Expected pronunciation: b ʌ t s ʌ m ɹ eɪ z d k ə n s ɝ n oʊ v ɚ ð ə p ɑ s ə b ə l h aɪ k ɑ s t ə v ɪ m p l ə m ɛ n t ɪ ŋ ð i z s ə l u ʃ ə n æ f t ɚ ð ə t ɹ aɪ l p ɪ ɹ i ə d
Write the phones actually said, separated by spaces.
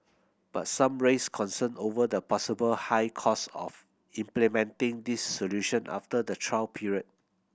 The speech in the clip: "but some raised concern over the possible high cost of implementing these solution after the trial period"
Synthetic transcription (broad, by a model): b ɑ t s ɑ m ɹ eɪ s k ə n s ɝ n oʊ v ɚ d ə p ɑ s ə b ə l h aɪ k ɑ s ə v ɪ m p l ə m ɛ n t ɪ ŋ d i s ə l u ʃ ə n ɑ f t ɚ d ə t ɹ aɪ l p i ɹ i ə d